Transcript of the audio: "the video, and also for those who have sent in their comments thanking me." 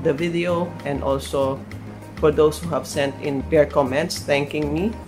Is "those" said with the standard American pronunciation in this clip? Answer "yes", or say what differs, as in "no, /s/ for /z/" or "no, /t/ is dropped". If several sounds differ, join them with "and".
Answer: no, /s/ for /z/